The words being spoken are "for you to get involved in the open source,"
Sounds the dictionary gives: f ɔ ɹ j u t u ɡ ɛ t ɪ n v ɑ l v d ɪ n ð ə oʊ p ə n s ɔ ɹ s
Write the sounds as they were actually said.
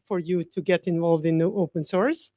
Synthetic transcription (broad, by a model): f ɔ ɹ j u t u ɡ ɛ t ɪ n v ɑ l v d ɪ n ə oʊ p ə n s ɔ ɹ s